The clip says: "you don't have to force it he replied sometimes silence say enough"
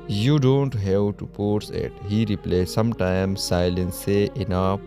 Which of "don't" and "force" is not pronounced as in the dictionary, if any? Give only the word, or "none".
force